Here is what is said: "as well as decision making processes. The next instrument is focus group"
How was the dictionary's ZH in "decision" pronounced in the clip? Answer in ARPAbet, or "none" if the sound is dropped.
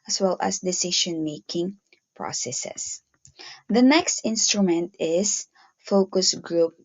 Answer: SH